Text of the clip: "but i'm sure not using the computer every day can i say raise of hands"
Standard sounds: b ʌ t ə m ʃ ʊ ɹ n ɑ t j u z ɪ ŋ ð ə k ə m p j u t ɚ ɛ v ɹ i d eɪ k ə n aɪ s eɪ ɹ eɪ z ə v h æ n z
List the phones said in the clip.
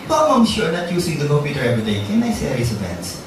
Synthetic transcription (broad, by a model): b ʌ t ə m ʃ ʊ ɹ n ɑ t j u s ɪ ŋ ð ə k ə m p j u t ɚ ɛ v ɹ i d eɪ k ə n aɪ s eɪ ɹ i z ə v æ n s